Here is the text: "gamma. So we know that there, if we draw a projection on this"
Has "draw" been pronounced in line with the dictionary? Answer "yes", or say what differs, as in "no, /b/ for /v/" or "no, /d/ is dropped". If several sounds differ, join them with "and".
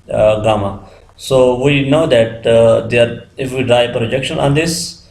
yes